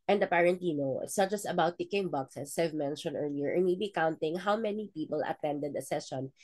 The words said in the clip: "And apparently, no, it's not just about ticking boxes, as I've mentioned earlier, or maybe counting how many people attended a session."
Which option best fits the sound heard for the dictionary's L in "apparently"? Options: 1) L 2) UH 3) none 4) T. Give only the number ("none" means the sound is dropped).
3